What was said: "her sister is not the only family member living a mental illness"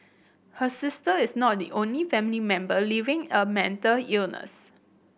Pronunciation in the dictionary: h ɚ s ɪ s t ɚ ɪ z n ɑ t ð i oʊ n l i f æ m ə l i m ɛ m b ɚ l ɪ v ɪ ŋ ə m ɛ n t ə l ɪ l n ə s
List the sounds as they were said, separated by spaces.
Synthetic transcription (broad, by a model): h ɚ s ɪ s t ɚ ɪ s n ɑ t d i oʊ n l i f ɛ m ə l i m ɛ m b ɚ l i v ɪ ŋ ə m ɛ n t ə l ɪ l n ə s